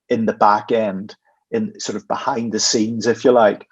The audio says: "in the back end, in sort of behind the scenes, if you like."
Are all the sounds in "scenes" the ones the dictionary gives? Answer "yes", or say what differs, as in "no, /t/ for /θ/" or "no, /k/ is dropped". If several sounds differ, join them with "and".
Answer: yes